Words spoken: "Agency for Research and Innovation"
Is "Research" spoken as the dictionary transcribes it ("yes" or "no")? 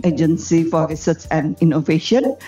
no